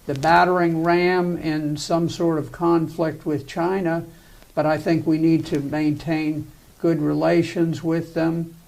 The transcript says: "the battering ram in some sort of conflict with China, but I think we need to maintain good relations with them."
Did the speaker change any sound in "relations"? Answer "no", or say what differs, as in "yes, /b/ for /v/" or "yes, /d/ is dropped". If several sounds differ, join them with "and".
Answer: no